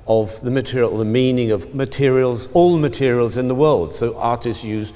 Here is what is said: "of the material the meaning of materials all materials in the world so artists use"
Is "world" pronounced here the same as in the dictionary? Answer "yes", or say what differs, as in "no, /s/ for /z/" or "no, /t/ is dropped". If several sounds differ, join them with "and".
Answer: yes